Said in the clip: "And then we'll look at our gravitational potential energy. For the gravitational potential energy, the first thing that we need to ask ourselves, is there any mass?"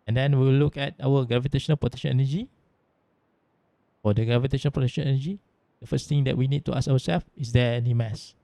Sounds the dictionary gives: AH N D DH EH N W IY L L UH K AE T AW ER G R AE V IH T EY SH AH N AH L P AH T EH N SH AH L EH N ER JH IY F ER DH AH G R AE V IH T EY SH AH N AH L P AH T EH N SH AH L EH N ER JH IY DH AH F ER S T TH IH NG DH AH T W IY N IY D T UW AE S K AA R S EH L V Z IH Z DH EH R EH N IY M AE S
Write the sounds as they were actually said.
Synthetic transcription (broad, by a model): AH N D EH N W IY W L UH K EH T AW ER G R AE V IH T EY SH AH N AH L P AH T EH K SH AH N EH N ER JH IY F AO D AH G R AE V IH T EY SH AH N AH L P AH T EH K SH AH N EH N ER JH IY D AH F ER S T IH NG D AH T W IY N IY D T UW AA S AA W S EH L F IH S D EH EH N IY M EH S